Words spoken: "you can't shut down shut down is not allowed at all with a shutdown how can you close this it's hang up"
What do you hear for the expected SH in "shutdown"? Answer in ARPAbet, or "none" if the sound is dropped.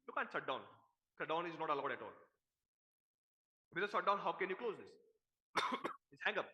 S